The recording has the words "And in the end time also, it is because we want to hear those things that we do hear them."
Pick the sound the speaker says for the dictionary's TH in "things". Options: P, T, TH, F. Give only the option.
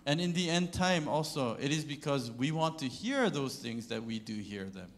TH